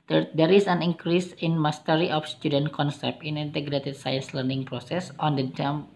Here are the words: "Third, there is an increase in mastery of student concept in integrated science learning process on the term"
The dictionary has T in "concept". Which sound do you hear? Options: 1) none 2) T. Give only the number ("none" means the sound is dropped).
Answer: 1